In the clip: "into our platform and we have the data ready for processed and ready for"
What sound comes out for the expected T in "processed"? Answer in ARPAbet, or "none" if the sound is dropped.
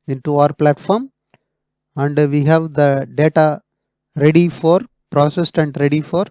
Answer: T